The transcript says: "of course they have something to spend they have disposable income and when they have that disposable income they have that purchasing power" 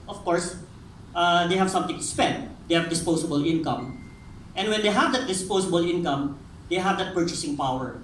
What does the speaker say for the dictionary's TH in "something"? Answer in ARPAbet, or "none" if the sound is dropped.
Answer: T